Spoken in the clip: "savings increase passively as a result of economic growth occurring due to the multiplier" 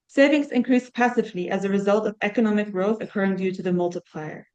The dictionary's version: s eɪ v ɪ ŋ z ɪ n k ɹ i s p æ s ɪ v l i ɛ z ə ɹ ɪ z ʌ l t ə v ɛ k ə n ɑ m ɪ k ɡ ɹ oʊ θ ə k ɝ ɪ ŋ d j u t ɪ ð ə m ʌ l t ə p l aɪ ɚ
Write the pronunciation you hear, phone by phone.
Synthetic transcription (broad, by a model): s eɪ v ɪ ŋ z ɪ n k ɹ i s p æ s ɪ v l i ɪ z ə ɹ ɪ z ʌ l t ə v ɛ k ə n ɑ m ɪ k ɡ ɹ oʊ θ ə k ɝ ɪ ŋ d j u t ɪ ð ə m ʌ l t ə p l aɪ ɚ